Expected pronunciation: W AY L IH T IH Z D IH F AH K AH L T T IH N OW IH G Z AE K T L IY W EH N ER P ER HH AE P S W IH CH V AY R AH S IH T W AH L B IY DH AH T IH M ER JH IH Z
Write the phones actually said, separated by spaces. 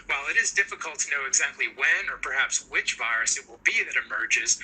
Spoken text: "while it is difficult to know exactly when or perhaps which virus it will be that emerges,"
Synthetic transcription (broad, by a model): W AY L IH T IH Z D IH F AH K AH L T T IH N OW IH G Z AE K T L IY W EH N ER P ER HH AE P S W IH CH V AY R AH S IH T W AH L B IY DH AH T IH M ER JH IH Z